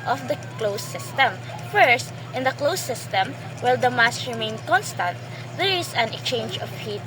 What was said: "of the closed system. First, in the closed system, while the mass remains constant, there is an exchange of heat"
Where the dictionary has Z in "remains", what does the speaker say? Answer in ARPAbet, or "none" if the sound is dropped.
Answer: none